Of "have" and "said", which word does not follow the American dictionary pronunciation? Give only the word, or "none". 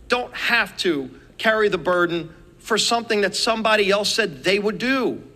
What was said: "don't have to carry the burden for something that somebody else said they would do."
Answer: have